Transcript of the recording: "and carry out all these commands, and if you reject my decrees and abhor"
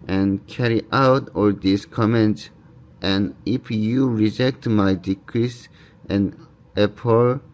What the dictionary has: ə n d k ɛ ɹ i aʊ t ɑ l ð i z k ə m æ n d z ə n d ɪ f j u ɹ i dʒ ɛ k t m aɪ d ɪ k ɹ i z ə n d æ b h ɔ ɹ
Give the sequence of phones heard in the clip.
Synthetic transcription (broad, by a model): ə n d k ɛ ɹ i aʊ t ɑ l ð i s k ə m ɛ n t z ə n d ɪ f j u ɹ i dʒ ɛ k t m aɪ d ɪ k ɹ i s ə n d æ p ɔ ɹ